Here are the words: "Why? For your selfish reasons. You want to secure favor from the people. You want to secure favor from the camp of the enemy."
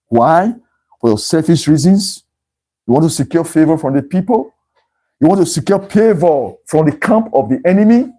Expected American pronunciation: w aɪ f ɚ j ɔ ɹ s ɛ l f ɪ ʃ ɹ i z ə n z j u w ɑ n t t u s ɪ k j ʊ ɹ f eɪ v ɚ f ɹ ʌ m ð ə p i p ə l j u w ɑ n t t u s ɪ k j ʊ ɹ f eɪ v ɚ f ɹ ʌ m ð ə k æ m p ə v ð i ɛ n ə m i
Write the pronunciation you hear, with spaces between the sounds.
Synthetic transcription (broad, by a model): w aɪ f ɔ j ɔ s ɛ f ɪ s ɹ i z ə n s j u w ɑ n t t u s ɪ k j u f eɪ v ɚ f ɹ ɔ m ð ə p i p ə l j u w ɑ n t t u s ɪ k j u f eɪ v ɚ f ɹ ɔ m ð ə k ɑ m p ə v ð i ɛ n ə m i